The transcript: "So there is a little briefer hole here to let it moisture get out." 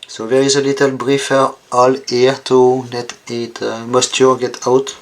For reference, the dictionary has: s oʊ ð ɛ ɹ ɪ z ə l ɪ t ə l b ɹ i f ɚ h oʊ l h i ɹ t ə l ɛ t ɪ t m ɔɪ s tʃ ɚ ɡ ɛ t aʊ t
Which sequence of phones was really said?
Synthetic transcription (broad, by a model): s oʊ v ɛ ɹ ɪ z ə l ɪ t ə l b ɹ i f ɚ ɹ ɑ l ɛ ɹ t ə n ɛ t ɪ t m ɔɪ s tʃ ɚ ɡ ɛ t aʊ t